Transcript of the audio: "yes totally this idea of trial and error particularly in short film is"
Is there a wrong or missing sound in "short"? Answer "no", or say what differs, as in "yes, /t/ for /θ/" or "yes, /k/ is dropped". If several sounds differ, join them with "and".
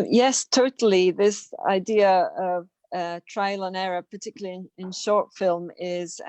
no